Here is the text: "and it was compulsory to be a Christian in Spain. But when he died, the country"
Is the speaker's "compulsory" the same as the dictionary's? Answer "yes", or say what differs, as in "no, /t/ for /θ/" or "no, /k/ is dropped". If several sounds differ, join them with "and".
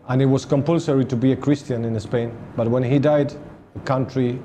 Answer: yes